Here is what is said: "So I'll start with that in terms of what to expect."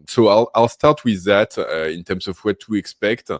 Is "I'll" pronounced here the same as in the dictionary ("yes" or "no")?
yes